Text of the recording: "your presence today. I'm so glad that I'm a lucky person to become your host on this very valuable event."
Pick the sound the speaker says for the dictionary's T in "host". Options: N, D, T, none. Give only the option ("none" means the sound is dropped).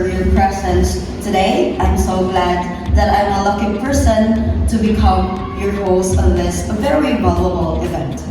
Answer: none